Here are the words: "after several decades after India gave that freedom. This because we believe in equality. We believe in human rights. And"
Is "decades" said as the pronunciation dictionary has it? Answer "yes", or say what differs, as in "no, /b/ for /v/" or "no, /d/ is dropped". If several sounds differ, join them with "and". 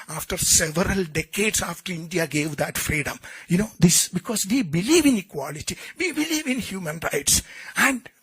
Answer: no, /s/ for /z/